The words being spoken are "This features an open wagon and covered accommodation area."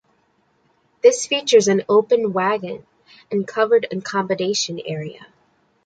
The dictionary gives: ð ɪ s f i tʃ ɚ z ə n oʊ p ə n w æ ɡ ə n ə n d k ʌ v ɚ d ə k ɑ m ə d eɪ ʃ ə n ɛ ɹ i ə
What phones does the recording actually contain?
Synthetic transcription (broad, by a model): ð ɪ s f i tʃ ɚ z ə n oʊ p ə n w æ ɡ ə n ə n k ʌ v ɚ d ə k ɑ m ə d eɪ ʃ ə n ɛ ɹ i ə